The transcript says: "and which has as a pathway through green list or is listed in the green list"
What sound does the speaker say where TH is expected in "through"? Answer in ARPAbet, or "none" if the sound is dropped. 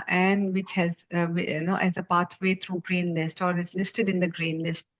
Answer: T